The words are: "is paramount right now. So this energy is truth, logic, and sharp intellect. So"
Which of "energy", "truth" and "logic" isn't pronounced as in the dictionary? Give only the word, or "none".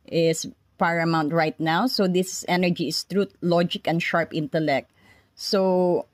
truth